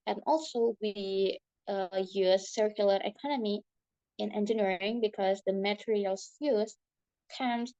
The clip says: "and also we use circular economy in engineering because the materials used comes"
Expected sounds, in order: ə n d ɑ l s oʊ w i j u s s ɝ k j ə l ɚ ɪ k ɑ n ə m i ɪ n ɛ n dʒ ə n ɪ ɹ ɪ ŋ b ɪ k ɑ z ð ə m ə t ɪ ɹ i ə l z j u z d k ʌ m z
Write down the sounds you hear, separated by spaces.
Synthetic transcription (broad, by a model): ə n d ɑ l s oʊ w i j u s s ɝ k j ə l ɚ ɪ k ɑ n ə m i ɪ n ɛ n dʒ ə n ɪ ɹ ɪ ŋ b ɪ k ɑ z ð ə m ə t ɹ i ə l j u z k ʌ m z